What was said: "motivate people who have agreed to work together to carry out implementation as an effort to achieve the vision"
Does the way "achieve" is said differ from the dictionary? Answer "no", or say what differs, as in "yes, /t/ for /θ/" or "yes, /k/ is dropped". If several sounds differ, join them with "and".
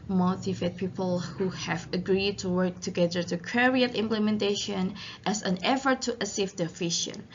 yes, /s/ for /tʃ/